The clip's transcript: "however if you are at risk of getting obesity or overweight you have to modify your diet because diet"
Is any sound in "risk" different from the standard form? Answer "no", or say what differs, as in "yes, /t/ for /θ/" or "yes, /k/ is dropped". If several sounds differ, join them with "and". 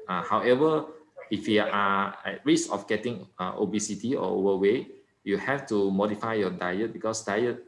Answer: yes, /k/ is dropped